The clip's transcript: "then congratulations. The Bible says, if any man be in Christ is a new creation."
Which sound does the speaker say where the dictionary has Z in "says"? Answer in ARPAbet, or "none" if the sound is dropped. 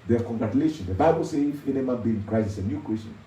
none